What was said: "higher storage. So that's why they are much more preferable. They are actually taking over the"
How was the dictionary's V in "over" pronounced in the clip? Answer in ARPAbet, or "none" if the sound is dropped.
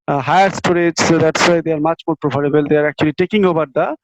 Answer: B